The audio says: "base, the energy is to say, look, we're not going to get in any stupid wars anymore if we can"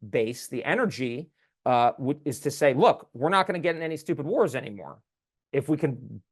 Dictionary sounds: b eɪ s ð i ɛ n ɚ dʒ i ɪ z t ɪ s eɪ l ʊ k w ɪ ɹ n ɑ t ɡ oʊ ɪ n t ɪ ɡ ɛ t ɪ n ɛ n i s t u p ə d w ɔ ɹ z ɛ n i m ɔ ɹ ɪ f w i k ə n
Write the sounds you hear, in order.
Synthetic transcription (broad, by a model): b eɪ s ð i ɛ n ɚ dʒ i ɪ z t ɪ s eɪ l ʊ k w ɪ ɹ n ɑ t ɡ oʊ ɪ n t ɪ ɡ ɛ t ɪ n ɛ n i s t u p ə d w ɔ ɹ z ɛ n i m ɔ ɹ ɪ f w i k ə n